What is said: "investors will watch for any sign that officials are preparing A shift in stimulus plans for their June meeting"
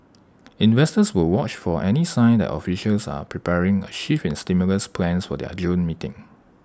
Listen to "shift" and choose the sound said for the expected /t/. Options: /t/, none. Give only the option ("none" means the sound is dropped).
none